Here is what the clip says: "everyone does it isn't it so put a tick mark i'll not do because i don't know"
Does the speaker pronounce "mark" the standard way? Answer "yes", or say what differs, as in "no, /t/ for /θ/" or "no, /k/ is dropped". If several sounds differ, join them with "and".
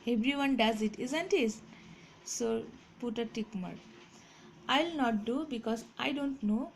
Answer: no, /k/ is dropped